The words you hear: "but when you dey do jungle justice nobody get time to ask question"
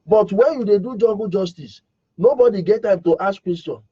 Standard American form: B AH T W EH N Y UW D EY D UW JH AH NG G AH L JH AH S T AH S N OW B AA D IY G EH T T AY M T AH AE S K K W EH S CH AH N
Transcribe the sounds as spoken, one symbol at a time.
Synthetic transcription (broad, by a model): B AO T W EH N Y UW D EY D UW JH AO G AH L JH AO S T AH S N OW B AA D IY G EH T T AY M T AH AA S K K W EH S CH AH N